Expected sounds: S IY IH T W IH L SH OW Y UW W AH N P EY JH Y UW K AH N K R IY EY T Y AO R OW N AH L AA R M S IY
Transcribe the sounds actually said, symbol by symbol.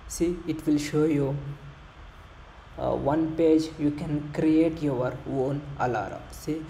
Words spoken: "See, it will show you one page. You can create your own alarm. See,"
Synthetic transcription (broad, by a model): S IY IH T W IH L SH OW Y UW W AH N P EY JH Y UW K AH N K R IY EY T Y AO R OW N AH L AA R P S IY